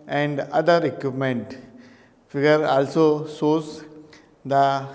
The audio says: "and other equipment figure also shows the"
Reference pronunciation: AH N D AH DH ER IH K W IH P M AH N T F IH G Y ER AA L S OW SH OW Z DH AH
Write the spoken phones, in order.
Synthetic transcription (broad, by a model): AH N D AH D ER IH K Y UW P M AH N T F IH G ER AA L S OW S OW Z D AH